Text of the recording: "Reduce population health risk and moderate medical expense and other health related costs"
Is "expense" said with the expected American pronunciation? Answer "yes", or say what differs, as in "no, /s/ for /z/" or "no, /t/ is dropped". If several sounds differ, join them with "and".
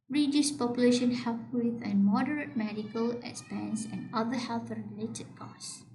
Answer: no, /k/ is dropped